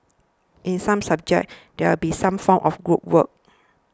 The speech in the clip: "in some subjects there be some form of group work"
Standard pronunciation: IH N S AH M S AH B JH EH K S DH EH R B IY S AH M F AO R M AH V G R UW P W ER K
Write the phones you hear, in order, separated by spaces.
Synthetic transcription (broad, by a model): IH N S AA M S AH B JH EH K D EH W B IY S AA M F AO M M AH F G R UW P W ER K